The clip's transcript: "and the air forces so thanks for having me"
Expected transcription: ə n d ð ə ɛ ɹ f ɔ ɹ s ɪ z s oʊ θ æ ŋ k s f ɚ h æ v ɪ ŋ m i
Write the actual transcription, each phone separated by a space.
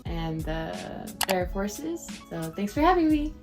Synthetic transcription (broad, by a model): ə n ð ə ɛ ɹ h ɔ ɹ s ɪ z s oʊ θ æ ŋ s f ɚ h æ v ɪ ŋ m i